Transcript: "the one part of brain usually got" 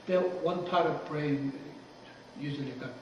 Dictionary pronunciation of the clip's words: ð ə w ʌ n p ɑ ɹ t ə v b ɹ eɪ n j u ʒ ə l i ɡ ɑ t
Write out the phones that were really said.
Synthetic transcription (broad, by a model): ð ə w ʌ n p ɑ ɹ t ə v b ɹ eɪ n j u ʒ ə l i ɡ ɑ